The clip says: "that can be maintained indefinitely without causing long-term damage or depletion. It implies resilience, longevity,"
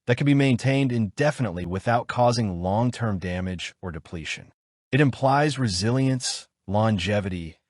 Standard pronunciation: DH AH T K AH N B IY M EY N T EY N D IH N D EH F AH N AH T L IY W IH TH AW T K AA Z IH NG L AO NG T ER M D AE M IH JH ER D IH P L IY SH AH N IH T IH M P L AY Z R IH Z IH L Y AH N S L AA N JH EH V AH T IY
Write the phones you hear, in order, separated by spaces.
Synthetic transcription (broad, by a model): DH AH T K AH N B IY M EY N T EY N D IH N D EH F AH N AH T L IY W IH TH AW T K AA Z IH NG L AO NG T ER M D AE M IH JH ER D IH P L IY SH AH N IH T IH M P L AY Z R IH Z IH L Y AH N S L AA N JH EH V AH T IY